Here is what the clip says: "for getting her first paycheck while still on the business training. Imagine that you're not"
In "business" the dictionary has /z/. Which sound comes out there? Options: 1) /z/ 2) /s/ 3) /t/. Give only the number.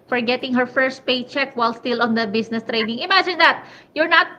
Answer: 2